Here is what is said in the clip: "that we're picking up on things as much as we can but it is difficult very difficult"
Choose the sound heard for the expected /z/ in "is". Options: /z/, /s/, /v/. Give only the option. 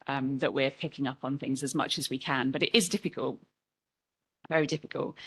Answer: /z/